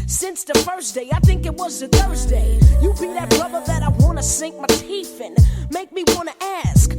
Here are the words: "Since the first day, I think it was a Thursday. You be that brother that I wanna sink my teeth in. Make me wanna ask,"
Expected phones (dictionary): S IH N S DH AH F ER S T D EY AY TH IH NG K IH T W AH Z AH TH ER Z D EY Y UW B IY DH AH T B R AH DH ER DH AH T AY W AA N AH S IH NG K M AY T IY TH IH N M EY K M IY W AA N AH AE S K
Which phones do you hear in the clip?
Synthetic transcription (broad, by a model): S IH N S DH AH F ER S D EY AY TH IH NG K IH T W AH Z AH TH ER Z D EY Y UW B IY DH AH T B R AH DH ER DH AH T AY W AA N AH S IH NG K M AY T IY F IH N M EY K M IY W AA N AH AE S K